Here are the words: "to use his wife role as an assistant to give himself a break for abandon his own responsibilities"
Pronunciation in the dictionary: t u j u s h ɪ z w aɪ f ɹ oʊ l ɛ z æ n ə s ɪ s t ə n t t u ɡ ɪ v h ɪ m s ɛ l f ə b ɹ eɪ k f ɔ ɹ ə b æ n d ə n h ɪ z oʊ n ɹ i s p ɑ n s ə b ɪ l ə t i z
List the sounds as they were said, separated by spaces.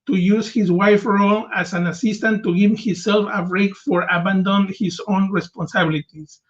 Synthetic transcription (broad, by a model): t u j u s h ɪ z w aɪ f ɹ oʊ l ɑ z æ n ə s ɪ s t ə n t t u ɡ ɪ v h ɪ s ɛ l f ə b ɹ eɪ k f ɔ ɹ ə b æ n d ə n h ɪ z oʊ n ɹ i s p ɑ n s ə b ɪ l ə t i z